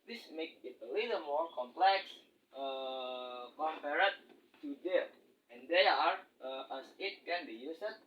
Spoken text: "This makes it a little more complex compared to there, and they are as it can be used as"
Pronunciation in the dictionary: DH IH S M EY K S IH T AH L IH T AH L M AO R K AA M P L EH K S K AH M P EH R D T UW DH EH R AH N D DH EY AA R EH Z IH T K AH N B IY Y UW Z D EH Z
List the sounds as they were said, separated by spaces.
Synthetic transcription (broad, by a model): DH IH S M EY K IH T AH L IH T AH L M AO R K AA M P L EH K S K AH M P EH R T T UW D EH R AH N D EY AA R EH S IH T K AH N B IY Y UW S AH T